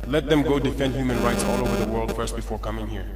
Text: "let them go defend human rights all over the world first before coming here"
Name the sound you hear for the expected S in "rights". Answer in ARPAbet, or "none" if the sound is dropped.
S